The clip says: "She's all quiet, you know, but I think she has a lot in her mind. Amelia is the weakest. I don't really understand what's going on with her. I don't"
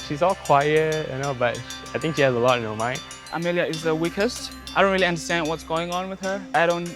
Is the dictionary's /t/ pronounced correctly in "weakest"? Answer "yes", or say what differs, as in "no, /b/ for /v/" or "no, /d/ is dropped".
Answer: yes